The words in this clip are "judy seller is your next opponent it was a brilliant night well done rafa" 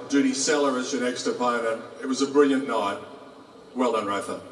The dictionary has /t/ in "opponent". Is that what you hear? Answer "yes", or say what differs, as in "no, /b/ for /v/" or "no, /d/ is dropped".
no, /t/ is dropped